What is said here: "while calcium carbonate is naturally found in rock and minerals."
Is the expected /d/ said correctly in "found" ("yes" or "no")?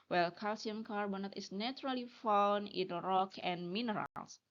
no